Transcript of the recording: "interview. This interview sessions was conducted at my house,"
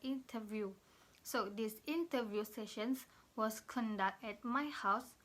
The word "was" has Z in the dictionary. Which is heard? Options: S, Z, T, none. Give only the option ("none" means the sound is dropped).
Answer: S